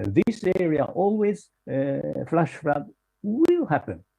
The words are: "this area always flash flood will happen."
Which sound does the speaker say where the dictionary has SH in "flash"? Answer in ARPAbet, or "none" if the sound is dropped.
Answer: SH